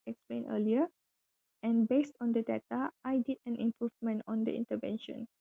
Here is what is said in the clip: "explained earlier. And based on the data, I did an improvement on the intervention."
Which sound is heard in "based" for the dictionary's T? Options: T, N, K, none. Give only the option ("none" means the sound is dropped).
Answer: T